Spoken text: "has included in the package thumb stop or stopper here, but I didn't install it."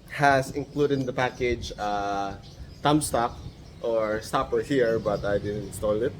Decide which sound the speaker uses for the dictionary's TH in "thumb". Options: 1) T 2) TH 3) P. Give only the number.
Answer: 1